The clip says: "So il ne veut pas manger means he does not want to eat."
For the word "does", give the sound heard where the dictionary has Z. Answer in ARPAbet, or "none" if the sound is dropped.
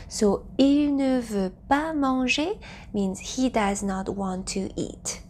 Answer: Z